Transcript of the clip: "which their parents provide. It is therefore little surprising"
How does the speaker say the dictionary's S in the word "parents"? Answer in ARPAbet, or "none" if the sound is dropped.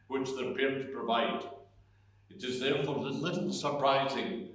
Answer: none